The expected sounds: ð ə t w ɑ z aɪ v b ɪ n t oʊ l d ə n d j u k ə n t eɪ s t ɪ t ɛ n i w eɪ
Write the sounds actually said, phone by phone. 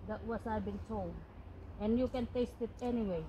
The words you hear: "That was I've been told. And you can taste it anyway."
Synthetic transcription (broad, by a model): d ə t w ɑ s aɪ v b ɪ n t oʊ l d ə n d j u k ə n t eɪ s t ɪ t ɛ n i w eɪ